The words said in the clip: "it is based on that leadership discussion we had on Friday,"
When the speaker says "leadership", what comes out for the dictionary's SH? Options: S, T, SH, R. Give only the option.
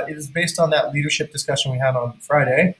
SH